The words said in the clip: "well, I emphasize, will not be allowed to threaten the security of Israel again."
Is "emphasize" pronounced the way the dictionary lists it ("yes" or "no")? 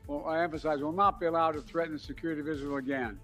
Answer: yes